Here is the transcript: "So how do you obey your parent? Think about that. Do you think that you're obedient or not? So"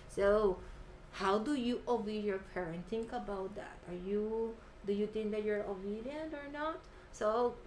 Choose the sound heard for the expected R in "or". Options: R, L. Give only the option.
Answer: R